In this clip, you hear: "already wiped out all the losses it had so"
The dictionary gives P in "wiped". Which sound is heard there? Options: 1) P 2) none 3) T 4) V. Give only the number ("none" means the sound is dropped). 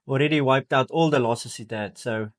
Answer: 1